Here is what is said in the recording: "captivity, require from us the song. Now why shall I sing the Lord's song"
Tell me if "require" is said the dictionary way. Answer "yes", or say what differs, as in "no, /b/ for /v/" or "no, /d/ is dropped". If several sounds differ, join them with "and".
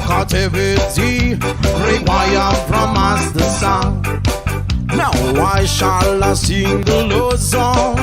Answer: no, /k/ is dropped